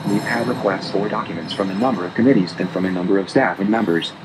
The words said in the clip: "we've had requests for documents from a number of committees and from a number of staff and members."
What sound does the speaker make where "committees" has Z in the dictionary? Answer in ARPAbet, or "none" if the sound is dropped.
Z